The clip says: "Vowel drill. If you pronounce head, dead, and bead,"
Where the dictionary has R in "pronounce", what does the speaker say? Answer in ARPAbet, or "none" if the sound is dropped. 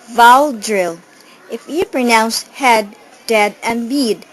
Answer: R